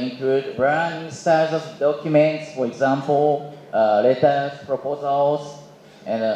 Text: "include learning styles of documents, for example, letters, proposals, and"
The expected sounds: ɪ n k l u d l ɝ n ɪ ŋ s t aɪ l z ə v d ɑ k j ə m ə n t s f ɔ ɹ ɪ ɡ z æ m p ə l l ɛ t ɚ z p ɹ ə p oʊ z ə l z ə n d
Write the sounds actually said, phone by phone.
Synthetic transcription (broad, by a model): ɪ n k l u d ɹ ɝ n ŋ s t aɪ z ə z d ɑ k j ə m ə n t s f ɔ ɹ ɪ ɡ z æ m p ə l l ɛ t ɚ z p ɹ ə p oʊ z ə l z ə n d